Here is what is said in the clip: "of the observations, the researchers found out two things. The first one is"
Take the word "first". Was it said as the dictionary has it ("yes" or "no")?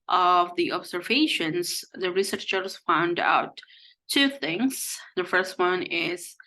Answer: yes